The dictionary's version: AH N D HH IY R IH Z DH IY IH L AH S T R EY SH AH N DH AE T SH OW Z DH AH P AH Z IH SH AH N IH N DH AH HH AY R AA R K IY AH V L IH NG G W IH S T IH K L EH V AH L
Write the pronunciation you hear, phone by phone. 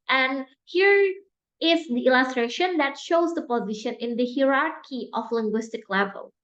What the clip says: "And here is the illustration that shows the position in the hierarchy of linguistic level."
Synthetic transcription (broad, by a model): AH N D HH IY R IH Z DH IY IH L AH S T R EY SH AH N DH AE T SH OW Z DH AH P AH Z IH SH AH N IH N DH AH HH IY R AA R K IY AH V L IH NG G W IH S T IH K L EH V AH L